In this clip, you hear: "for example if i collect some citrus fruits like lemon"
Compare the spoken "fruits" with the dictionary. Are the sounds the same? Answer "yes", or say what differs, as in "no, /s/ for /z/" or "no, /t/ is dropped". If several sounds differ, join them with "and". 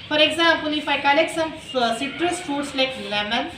no, /ɹ/ is dropped